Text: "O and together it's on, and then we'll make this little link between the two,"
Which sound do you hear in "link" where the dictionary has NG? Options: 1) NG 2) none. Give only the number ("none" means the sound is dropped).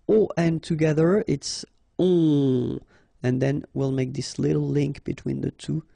1